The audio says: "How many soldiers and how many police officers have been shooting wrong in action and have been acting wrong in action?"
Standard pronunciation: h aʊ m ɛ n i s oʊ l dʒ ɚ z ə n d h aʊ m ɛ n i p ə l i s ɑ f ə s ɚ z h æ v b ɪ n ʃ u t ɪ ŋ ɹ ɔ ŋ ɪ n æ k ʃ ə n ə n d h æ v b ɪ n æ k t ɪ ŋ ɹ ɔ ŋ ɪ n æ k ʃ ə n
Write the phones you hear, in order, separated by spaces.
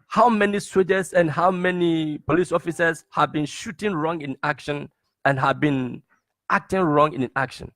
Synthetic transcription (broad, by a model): h aʊ m ɛ n i s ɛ dʒ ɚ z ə n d h aʊ m ɛ n i p ə l i s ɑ f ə s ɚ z h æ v b ɪ n ʃ u t ɪ ŋ ɹ ɔ ŋ ɪ n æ k ʃ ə n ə n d h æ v b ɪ n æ k t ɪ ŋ ɹ ɔ ŋ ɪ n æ k ʃ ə n